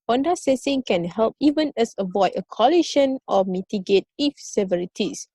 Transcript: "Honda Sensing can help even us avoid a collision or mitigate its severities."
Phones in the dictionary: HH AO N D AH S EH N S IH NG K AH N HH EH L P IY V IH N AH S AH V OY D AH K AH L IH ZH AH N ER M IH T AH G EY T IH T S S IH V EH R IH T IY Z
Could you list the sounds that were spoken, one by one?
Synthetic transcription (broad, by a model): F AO N D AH S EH S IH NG K AH N HH EH L P IY V IH N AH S AH V OY D AH K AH L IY SH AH N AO M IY T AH G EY T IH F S S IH V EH R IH T IY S